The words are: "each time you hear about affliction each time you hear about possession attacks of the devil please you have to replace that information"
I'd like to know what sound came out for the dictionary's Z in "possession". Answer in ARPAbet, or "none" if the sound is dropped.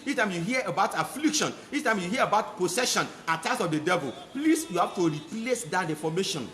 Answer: S